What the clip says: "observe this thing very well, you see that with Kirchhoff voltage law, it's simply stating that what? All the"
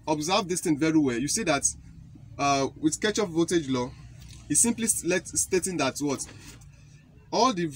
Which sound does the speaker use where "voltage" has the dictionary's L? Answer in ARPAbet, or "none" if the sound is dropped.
none